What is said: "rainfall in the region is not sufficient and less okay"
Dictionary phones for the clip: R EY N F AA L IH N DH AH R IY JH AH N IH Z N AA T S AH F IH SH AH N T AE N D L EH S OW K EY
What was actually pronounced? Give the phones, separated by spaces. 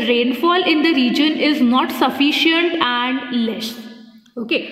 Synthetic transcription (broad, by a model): R EY N F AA L IH N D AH R IY JH AH N IH Z N AA T S AH F IH SH AH N T AE N D L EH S OW K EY